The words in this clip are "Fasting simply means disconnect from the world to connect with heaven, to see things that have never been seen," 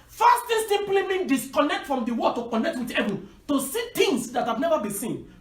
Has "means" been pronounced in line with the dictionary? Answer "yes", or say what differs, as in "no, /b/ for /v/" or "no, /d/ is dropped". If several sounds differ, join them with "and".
no, /z/ is dropped